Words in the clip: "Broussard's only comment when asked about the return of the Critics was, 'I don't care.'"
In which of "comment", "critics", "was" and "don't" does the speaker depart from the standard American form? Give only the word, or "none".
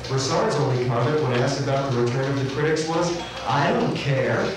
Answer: comment